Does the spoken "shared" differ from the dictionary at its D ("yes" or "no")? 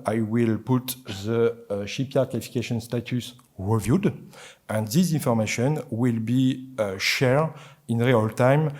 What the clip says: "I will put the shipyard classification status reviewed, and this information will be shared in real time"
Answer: yes